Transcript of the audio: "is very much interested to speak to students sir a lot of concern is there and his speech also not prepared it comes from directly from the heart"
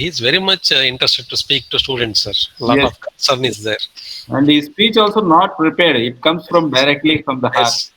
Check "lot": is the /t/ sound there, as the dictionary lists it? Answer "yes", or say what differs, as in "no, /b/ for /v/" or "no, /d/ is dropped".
no, /t/ is dropped